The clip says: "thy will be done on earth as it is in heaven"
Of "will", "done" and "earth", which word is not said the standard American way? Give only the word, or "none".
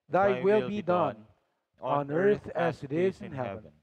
none